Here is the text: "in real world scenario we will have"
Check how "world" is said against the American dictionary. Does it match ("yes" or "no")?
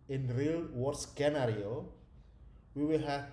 no